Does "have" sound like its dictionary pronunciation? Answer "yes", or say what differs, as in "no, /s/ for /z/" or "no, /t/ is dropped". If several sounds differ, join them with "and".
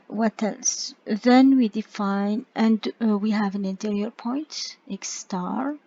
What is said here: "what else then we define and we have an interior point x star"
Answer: yes